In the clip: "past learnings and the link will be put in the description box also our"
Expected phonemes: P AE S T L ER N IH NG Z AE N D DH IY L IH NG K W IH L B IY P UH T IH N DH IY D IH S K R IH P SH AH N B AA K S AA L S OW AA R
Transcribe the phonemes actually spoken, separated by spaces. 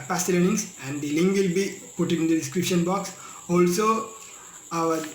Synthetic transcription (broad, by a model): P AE S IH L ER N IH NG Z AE N D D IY L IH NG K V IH L B IY P UH T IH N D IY D IH S K R IH P SH AH N B AA K S AA L S OW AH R